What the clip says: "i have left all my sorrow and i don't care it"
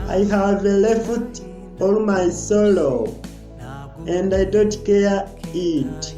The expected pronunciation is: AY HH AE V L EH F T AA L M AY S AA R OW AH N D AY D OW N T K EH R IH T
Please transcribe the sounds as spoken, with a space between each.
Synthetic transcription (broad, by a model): AY HH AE V L EH F T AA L M AY S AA L OW AH N D AY D OW N T K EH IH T